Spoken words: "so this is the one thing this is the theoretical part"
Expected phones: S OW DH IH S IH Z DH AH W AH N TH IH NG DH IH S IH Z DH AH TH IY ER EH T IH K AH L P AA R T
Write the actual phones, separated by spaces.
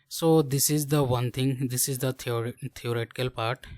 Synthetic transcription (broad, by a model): S OW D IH S IH Z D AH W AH N T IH NG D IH S IH Z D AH T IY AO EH T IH K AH L P AA R T